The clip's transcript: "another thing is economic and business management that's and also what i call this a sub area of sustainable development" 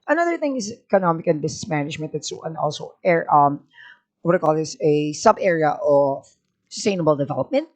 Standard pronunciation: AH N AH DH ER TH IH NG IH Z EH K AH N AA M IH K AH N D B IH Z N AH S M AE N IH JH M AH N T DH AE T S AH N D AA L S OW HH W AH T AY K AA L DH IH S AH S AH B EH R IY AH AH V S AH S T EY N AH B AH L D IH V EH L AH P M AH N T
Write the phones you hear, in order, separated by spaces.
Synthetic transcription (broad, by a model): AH N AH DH ER TH IH NG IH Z EH K AH N AA M IH K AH N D B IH S N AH S M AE N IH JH M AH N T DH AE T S AH N D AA L S OW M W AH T AY K AA L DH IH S AH S AH B EH R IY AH AH V S AH S T EY N AH B AH L D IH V EH L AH P M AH N T